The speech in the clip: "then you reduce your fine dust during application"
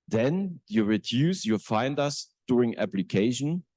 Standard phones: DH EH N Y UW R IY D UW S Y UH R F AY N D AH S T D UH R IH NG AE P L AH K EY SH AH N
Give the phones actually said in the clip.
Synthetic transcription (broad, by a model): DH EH N Y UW R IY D UW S Y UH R F AY N D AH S D UH R IH NG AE P L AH K EY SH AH N